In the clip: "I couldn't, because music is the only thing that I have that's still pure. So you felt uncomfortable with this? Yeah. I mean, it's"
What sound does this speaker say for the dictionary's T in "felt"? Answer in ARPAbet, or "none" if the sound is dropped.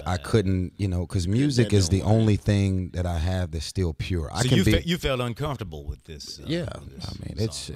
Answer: T